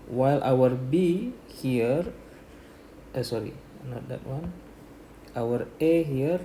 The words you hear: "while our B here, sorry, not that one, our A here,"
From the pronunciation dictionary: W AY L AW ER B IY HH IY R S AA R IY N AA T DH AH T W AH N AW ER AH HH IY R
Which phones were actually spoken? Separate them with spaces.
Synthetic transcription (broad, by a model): W AY L AW ER B IY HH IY R S AA R IY N AA T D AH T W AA N AW ER AH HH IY R